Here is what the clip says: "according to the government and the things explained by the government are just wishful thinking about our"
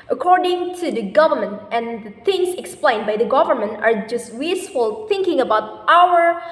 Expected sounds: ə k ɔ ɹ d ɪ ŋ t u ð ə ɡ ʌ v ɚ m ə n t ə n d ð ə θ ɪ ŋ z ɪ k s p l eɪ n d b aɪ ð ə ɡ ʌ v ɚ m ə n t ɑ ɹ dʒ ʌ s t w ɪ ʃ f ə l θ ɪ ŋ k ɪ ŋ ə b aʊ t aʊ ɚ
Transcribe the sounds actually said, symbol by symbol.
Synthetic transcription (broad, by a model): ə k ɔ ɹ d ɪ ŋ t u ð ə ɡ ʌ v ɚ m ə n t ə n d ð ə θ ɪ ŋ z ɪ k s p l eɪ n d b aɪ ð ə ɡ ʌ v ɚ m ə n t ɑ ɹ dʒ ʌ s t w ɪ s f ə l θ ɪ ŋ k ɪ ŋ ə b aʊ t aʊ ɚ